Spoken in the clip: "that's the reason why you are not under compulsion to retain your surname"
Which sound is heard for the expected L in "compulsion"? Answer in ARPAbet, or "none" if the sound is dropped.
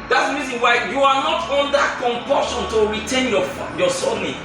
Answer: none